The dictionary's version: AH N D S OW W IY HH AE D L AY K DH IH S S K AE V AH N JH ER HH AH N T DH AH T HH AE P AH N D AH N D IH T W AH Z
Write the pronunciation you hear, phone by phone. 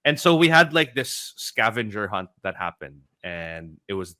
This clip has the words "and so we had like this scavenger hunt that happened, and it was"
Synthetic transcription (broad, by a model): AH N S OW W IY HH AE D L AY K DH IH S S K AE V AH N JH ER HH AH N T DH AH T HH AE P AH N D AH N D IH T W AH Z